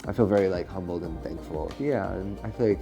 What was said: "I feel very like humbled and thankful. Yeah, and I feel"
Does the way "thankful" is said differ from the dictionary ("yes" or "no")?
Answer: no